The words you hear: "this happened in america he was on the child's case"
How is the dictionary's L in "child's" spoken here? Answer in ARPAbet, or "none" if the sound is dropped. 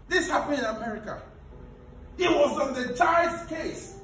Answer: none